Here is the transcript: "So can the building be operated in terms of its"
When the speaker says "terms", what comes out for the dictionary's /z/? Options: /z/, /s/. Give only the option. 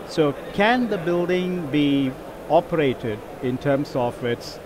/s/